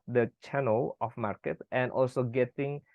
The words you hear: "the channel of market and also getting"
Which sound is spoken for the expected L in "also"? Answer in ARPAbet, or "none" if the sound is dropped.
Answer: L